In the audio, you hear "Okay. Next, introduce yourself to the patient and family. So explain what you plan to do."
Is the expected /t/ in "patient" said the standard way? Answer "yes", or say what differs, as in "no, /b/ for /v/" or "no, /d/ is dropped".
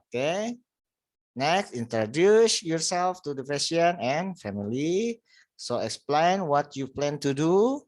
no, /t/ is dropped